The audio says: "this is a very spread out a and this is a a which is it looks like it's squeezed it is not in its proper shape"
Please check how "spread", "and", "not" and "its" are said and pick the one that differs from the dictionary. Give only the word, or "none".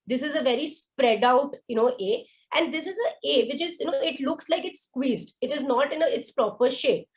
none